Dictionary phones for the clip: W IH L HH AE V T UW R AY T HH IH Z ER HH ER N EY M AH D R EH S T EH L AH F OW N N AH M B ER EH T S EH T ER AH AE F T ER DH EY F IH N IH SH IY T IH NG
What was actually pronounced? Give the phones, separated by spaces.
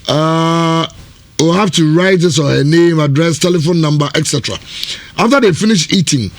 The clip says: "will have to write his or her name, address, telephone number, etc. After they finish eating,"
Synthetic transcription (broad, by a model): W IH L HH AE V T UW R AY T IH S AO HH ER N EY M AH D R EH S T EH L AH F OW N N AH M B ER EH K S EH T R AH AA F T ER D EY F IH N IH SH IY T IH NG